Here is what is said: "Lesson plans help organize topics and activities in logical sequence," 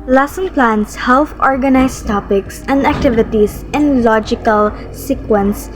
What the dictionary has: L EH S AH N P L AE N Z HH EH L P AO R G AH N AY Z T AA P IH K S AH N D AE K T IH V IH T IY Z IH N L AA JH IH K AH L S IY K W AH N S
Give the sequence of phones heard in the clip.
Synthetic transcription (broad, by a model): L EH S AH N P L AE N S HH EH L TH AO R G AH N AY S T AA P IH K S AH N D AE K T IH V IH T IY S IH N L AA JH IH K AH L S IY K W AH N S